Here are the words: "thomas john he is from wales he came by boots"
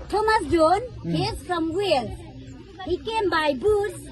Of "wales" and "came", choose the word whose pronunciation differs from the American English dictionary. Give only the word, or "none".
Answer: wales